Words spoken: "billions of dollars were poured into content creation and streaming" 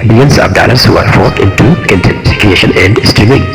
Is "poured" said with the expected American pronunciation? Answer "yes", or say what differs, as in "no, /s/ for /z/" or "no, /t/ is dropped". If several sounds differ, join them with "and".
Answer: no, /f/ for /p/